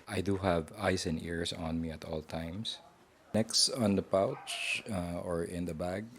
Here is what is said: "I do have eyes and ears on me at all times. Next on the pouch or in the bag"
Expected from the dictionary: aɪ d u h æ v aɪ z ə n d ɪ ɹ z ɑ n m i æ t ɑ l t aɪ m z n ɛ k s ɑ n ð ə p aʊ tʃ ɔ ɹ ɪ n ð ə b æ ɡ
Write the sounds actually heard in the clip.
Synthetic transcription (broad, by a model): aɪ d u h æ v aɪ s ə n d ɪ ɹ s ɑ n m i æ t ɑ l t aɪ m s n ɛ k s ɑ n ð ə p aʊ tʃ ɔ ɹ ɪ n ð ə b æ ɡ